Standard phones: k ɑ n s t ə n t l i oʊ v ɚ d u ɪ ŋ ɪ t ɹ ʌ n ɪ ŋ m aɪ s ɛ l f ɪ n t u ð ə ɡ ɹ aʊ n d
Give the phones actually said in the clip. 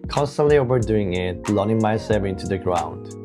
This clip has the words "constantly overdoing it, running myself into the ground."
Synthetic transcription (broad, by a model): k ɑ n s t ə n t l i oʊ v ɚ d u ɪ ŋ ɪ t l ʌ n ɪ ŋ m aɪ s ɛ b ɪ n t u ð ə ɡ ɹ aʊ n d